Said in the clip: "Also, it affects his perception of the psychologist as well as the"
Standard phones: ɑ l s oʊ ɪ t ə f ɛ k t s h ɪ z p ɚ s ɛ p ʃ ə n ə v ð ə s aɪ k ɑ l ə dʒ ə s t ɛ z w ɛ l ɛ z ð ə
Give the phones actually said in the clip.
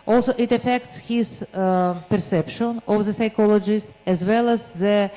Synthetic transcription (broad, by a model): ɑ l s oʊ ɪ t ə f ɛ k t s h ɪ z p ɚ s ɛ p ʃ ə n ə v ð ə s aɪ k ɑ l ə dʒ ə s t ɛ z w ɛ l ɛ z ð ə